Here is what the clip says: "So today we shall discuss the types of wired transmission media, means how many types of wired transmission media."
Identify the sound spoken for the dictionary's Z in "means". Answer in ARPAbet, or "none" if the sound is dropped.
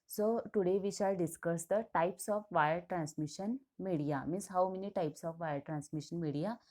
S